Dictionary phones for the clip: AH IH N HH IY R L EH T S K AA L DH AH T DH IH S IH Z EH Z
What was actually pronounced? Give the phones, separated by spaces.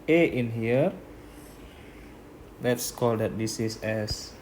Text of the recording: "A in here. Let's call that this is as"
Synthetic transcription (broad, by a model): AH IH N HH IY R L EH T S K AA L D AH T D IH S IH S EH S